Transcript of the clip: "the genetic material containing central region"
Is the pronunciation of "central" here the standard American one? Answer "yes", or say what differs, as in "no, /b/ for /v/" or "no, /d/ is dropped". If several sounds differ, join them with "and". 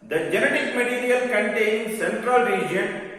yes